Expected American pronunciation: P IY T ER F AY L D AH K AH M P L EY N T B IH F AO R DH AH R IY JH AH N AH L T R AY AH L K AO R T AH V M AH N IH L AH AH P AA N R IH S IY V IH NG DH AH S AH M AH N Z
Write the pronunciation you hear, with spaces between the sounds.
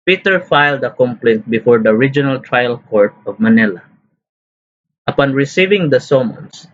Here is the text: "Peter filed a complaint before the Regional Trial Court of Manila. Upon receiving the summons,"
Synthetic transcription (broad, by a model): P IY T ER F AY L D AH K AH M P L EY N T B IH F AO R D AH R IY JH AH N AH L T R AY AH L K AO R T AH V M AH N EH L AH AH P AA N R IH S IY V IH NG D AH S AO M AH N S